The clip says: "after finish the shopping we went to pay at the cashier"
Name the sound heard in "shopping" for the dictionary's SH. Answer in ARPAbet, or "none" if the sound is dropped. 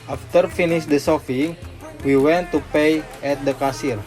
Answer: S